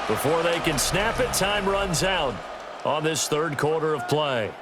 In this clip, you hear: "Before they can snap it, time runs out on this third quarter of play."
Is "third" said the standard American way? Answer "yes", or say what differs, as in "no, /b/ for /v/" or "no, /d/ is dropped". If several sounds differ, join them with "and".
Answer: yes